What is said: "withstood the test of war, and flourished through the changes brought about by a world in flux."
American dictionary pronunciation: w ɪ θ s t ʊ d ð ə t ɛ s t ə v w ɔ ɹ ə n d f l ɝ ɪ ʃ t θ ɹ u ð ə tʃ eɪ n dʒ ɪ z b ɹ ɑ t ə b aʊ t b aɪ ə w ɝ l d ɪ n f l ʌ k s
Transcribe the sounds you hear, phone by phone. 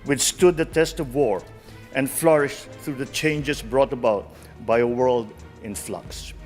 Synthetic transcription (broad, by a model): w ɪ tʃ s t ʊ d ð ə t ɛ s t ə v w ɔ ɹ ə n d f l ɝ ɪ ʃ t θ ɹ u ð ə tʃ eɪ n dʒ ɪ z b ɹ ɑ t ə b aʊ t b aɪ ə w ɝ l d ɪ n f l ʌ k s